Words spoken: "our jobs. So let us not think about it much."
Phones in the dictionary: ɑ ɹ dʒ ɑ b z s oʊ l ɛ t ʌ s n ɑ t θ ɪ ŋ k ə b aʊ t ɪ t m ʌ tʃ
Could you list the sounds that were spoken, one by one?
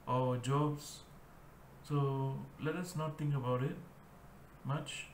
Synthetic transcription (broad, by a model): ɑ dʒ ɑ b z s oʊ l ɛ t ʌ s n ɑ t t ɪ ŋ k ə b aʊ t ɪ t m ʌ tʃ